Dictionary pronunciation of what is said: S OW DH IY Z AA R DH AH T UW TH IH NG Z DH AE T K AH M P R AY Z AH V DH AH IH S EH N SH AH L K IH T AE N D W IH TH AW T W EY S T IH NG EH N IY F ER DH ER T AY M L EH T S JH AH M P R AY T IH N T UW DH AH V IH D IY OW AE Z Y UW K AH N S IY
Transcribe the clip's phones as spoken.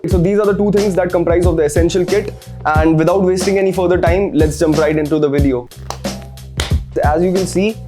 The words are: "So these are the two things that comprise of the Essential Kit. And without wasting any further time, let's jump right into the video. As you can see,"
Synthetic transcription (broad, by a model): S OW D IY Z AA R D AH T UW T IH NG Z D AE T K AH M P R AY Z AH V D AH IH S EH N SH AH L K IH T AE N D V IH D AW T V EY S T IH NG EH N IY F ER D ER T AY M L EH T S JH AH M P R AY T IH N T UW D AH V IH D IY OW AE Z Y UW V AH L S IY